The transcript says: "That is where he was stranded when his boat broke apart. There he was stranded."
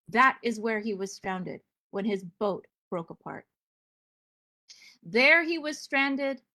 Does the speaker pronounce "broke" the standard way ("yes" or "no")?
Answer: yes